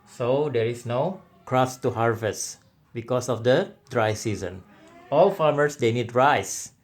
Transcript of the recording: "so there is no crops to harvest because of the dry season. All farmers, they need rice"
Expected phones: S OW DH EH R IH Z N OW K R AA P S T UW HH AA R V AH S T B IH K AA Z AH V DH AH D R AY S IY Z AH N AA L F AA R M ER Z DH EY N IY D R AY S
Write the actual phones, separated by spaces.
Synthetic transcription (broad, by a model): S OW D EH R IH S N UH K R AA S T UW HH AA R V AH S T B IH K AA S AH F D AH D R AY S IY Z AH N AA L F AA R M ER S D EY N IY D R AY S